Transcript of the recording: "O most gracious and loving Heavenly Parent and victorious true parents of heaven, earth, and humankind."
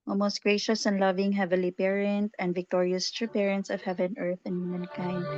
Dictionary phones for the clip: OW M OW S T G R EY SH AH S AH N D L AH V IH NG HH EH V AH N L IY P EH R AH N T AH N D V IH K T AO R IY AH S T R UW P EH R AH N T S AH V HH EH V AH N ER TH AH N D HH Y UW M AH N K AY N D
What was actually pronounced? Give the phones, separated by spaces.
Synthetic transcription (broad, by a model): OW M OW S T G R EY SH AH S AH N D L AH V IH NG HH EH V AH L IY P EH R AH N T AH N D V IH K T AO R IY AH S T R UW P EH R AH N T S AH V HH EH V AH N ER TH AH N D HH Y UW M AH N K AY N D